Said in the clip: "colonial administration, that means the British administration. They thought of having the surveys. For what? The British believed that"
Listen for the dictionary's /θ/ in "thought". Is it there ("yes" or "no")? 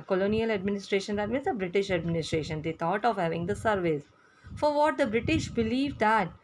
no